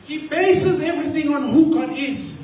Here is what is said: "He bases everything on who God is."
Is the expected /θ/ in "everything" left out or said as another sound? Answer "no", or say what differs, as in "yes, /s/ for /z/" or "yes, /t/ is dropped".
yes, /t/ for /θ/